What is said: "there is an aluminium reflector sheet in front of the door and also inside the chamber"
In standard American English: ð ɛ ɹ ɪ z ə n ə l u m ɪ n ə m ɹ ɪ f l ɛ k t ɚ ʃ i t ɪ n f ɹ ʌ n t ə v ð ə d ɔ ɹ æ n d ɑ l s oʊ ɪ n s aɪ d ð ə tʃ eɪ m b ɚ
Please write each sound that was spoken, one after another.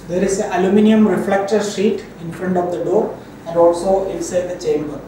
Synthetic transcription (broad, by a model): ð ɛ ɹ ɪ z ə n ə l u m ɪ n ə m ɹ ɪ f l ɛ k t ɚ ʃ i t ɪ n f ɹ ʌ n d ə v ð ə d ɔ ɹ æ n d ɑ l s oʊ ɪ l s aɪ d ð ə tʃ eɪ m b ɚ